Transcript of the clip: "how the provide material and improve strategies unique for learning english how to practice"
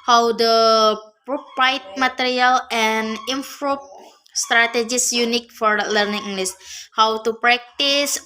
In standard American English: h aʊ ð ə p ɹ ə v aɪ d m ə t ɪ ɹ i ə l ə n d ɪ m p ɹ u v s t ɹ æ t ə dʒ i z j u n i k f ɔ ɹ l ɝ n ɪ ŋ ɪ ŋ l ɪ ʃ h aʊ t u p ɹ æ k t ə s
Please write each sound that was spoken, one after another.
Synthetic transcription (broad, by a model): h aʊ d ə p ɹ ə p aɪ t m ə t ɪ ɹ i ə l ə n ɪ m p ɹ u p s t ɹ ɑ t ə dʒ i s j u n i k f ɔ ɹ l ɝ n ɪ ŋ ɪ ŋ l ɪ s h aʊ t u p ɹ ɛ k t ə s